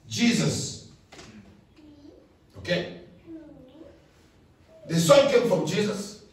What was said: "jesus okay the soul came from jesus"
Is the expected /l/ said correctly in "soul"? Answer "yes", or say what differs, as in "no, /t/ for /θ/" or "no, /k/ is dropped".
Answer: no, /n/ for /l/